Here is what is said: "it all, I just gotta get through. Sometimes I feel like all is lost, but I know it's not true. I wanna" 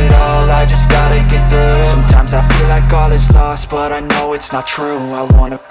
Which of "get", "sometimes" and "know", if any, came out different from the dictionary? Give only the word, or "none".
none